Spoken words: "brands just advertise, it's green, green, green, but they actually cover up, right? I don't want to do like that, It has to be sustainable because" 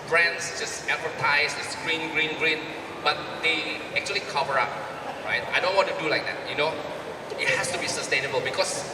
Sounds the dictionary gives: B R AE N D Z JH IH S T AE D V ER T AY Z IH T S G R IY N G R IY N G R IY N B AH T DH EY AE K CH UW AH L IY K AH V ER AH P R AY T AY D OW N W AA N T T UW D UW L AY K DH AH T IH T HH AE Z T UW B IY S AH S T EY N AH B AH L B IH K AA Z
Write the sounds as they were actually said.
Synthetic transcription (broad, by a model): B R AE N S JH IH S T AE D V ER T AY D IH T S G R IY N G R IY N G R IY N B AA T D EY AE K CH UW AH L IY K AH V ER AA P R AY T AY D OW N W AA N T T UW D UW L AY K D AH T IH T HH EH S T UW B IY S AH S T EY N AH B AH L B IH K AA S